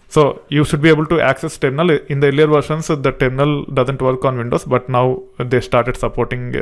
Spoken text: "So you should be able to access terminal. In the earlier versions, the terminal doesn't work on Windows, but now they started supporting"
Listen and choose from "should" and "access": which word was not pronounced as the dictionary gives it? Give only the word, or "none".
none